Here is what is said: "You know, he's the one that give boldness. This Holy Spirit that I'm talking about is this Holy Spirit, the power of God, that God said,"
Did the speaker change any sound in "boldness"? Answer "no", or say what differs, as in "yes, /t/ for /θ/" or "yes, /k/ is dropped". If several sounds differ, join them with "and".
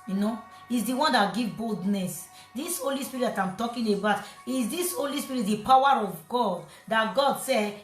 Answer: no